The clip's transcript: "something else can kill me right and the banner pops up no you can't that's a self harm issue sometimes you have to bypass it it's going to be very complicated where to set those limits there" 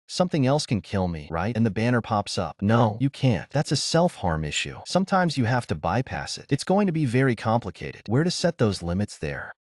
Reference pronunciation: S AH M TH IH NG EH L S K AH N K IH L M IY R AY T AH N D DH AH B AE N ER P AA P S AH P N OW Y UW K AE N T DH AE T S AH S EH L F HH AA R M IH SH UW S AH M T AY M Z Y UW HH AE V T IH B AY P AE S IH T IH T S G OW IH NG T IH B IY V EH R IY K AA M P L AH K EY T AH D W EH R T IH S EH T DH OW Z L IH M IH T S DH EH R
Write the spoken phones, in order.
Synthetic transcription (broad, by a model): S AH M TH IH NG EH L S K AH N K IH L M IY R AY T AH N DH AH B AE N ER P AA P S AH P N OW Y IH K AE N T DH AE T S AH S EH L F HH AA R M IH SH UW S AH M T AY M Z Y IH HH AE F T IH B AY P AE S IH T IH T S G OW IH NG T IH B IY V EH R IY K AA M P L AH K EY T AH D W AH R T IH S EH T DH OW Z L IH M IH T S DH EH R